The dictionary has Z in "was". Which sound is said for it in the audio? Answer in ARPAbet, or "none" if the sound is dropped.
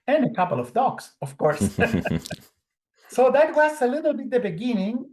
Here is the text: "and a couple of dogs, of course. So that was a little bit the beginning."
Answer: S